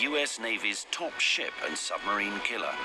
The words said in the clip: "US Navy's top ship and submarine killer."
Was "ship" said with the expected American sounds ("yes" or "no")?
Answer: yes